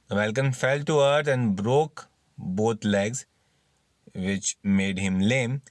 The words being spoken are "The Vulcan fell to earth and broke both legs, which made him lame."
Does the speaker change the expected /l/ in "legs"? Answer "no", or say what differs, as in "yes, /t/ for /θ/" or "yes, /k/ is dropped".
no